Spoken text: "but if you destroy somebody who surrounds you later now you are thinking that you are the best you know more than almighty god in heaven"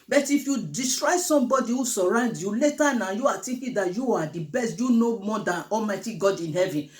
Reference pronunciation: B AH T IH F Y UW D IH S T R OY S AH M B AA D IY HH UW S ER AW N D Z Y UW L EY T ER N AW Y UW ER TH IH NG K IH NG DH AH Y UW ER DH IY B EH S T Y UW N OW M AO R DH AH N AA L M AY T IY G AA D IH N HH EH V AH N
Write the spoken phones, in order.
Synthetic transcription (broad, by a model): B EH T IH F Y UW D IH S T R OY S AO M B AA D IY HH UW S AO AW N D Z Y UW L EY T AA N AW Y UW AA T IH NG K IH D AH Y UW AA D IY B EH S T Y UW N OW M AO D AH N AA L M AY T IY G AA D IH N HH EH V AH N